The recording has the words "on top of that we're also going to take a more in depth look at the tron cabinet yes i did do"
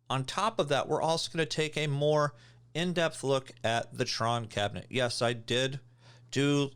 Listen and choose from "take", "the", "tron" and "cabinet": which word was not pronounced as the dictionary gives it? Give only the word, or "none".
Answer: none